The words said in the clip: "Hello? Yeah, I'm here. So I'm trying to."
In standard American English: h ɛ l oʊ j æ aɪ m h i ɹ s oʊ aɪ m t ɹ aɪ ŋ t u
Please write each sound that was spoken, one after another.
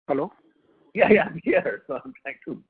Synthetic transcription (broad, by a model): h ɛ l oʊ j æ aɪ m h i ɹ s oʊ aɪ m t aɪ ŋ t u